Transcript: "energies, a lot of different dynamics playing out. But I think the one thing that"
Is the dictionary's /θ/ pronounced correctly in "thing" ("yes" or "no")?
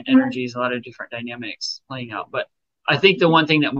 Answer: yes